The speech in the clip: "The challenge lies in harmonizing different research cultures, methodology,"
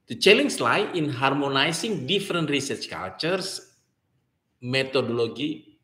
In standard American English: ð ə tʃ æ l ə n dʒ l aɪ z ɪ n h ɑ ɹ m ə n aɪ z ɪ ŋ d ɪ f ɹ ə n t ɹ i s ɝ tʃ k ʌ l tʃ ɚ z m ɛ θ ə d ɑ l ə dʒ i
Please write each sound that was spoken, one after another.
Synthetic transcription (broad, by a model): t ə tʃ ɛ l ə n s l aɪ ɪ n h ɑ ɹ m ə n aɪ s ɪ ŋ d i f ɹ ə n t ɹ i s ɝ tʃ k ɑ l tʃ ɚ s m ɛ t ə d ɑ l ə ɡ i